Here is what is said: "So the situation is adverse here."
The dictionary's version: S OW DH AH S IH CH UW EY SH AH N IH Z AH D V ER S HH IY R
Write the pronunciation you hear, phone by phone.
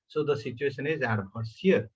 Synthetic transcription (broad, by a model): S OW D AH S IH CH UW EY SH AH N IH Z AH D B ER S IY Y